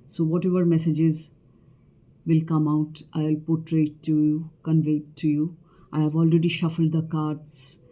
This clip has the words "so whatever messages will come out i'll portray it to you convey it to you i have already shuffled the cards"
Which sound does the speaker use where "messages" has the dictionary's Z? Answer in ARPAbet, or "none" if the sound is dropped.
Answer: Z